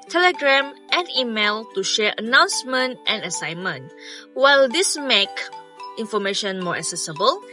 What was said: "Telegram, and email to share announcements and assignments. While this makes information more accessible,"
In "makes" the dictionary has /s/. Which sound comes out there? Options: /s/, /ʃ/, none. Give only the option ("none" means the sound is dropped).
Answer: none